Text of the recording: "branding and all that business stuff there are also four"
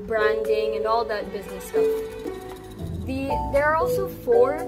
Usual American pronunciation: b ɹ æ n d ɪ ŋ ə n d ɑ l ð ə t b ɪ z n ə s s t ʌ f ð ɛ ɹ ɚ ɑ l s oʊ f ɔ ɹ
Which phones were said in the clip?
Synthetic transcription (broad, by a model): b ɹ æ n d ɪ ŋ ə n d ɑ l ð ə t b ɪ z n ə s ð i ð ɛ ɹ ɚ ɑ l s oʊ f ɔ ɹ